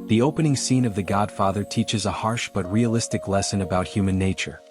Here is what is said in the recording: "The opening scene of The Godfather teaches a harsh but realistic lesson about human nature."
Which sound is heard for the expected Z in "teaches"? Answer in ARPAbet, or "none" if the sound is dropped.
Z